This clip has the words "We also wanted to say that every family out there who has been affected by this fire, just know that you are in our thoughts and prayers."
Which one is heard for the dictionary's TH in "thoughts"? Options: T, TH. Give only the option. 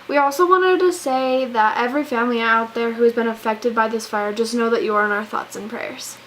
TH